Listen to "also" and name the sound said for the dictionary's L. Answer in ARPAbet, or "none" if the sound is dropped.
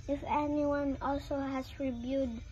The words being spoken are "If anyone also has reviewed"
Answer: L